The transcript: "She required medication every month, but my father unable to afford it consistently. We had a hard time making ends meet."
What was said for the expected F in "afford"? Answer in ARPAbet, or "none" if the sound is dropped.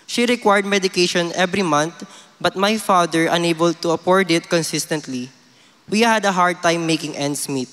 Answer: P